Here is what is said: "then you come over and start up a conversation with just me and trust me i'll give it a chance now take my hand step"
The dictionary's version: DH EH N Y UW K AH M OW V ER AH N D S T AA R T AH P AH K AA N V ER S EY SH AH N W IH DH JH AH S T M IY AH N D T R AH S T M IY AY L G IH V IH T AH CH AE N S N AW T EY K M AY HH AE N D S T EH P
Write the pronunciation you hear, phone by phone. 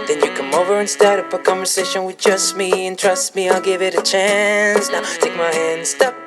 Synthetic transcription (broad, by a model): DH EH N Y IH K AH M OW V ER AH N S T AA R T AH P AH K AA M V ER S EY SH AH N W IH DH JH AH S T M IY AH N T R AH S T M IY AY L G IH V IH T AH CH AE N S N AW T EY K M AY HH AE N D S T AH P